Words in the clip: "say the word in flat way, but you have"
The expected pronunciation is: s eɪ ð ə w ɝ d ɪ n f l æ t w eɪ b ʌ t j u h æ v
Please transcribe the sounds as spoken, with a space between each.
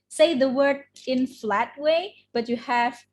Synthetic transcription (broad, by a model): s eɪ ð ə w ɝ d ɪ n f l æ t w eɪ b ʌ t j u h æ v